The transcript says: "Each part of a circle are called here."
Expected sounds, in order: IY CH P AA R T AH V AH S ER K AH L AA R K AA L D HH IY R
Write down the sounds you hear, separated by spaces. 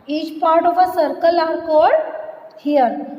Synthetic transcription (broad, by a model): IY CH P AA R T AH V AH S ER K AH L AA R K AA D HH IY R